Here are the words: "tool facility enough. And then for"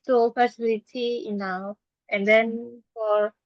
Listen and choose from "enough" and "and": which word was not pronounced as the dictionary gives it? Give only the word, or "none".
enough